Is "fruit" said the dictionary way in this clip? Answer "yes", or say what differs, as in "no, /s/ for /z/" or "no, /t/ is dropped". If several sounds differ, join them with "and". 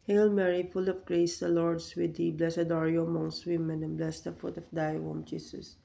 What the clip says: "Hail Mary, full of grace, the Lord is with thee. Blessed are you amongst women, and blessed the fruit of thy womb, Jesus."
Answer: no, /ɹ/ is dropped